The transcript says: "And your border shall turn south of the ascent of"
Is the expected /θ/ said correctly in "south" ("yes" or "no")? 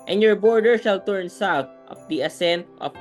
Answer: no